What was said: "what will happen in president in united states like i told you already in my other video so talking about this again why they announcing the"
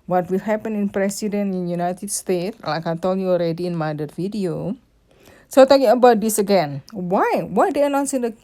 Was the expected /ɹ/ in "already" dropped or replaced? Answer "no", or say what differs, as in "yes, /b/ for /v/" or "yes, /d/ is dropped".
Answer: no